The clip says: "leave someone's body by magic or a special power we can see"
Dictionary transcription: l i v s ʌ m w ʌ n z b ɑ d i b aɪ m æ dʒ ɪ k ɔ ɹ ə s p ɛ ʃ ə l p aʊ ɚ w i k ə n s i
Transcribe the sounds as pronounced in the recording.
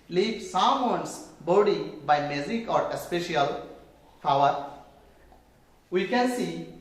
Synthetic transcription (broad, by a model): l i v s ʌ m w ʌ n s b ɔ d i b aɪ m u z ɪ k ɔ ɹ ə s p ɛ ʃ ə l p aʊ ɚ w i k ə n s i